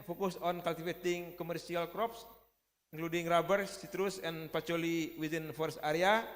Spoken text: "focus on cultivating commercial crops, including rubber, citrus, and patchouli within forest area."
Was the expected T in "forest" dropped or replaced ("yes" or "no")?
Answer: yes